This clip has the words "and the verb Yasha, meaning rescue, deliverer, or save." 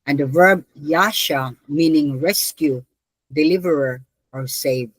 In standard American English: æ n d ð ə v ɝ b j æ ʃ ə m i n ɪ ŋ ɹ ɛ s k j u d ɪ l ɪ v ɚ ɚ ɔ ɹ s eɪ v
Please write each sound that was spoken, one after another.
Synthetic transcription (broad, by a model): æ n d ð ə v ɝ b j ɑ ʃ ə m i n ɪ ŋ ɹ ɛ s k j u d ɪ l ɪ v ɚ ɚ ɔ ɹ s eɪ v